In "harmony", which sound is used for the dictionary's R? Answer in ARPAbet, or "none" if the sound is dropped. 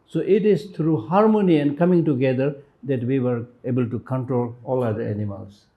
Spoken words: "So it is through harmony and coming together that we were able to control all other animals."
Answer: R